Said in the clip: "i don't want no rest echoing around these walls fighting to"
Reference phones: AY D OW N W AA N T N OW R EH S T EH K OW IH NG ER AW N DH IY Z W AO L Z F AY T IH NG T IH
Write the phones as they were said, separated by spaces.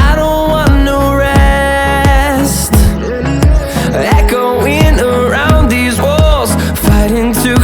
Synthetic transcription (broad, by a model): AY D OW N W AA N N OW R EH S T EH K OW IH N ER AW N DH IY Z W AO L Z F AY T IH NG T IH